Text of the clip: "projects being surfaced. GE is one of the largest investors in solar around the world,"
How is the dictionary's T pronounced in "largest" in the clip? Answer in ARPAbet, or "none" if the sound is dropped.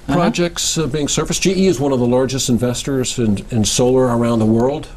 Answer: T